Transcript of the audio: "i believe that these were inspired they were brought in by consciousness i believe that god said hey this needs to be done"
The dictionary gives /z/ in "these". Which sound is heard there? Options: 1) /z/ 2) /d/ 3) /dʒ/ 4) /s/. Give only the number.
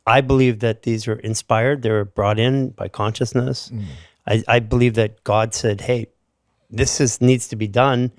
1